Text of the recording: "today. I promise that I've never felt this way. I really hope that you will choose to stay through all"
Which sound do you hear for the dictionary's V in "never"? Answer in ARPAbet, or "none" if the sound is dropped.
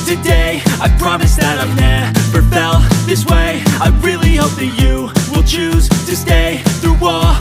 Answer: F